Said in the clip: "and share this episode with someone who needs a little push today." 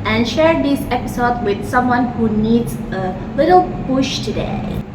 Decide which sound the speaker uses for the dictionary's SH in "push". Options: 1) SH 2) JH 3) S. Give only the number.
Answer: 1